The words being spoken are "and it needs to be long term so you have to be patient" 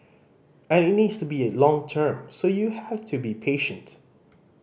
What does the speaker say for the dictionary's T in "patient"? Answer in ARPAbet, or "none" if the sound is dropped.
T